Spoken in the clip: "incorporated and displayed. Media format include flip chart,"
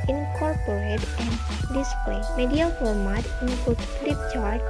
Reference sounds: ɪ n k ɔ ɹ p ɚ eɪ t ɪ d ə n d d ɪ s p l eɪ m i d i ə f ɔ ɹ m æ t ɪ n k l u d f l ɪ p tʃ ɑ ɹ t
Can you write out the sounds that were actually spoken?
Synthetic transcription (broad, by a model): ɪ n k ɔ ɹ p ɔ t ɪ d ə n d d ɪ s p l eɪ m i d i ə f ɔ ɹ m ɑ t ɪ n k u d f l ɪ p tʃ ɑ ɹ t